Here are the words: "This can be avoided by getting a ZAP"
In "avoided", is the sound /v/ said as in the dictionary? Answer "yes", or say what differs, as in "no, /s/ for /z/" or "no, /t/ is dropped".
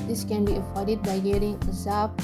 no, /f/ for /v/